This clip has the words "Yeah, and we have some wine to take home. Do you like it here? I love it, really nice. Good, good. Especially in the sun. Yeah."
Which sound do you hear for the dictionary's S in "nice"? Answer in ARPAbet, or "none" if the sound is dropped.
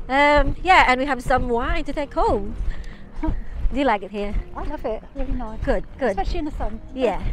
none